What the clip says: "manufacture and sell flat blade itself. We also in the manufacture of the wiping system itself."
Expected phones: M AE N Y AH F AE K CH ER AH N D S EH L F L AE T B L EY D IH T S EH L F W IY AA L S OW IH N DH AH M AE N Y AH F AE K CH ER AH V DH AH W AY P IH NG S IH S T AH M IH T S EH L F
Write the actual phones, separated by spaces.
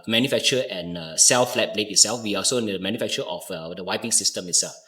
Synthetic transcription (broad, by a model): M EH N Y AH F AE K CH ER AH N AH S EH L F L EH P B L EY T IH T S EH L F W IY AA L S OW IH N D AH M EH N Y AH F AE K CH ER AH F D AH W AY P IH NG S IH S T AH M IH T S EH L F